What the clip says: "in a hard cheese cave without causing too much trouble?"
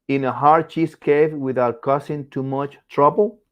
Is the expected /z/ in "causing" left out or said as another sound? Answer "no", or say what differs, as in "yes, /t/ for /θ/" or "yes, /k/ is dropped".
yes, /s/ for /z/